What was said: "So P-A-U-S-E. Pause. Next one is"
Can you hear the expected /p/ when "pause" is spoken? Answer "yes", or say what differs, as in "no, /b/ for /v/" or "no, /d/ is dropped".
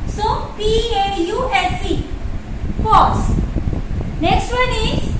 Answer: no, /f/ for /p/